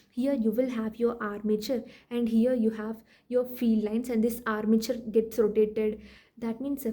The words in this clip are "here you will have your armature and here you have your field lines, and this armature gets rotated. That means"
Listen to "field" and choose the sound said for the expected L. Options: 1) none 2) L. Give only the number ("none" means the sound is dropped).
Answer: 1